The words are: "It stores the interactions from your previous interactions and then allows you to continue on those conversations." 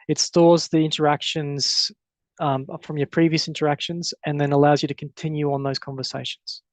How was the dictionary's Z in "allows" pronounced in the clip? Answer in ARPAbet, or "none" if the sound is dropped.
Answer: Z